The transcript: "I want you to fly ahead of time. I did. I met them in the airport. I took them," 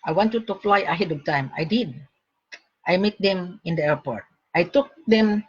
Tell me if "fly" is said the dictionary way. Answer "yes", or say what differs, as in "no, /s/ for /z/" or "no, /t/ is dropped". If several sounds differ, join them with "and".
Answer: yes